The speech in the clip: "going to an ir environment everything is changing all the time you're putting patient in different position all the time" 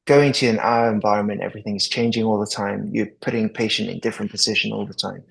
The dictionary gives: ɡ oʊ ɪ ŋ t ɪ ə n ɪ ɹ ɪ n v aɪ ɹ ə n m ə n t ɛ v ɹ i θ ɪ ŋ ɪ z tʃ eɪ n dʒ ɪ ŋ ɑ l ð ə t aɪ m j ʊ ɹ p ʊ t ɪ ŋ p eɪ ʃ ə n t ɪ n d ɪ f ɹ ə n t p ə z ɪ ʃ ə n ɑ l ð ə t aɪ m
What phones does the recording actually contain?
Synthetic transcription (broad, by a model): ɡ oʊ ɪ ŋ t ɪ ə n ɪ ɹ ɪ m v aɪ ɹ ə n m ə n t ɛ v ɹ i θ ɪ ŋ ɪ z tʃ eɪ n dʒ ɪ ŋ ɑ l ð ə t aɪ m j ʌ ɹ p ʊ t ɪ ŋ p eɪ ʃ ə n t ɪ n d ɪ f ɹ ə n p ə z ɪ ʃ ə n ɑ l ð ə t aɪ m